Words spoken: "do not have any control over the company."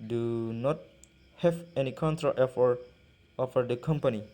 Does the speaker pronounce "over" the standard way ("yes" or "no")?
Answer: no